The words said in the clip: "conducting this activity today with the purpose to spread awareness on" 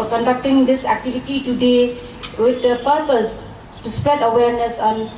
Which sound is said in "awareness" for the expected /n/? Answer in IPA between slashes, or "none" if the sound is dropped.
/n/